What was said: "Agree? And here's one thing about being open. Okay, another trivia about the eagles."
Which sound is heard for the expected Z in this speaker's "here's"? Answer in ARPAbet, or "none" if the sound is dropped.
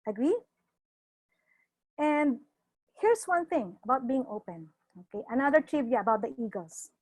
S